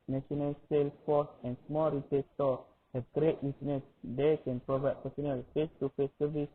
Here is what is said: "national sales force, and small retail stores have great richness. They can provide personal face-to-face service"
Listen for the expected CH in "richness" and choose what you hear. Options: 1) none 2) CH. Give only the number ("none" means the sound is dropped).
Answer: 1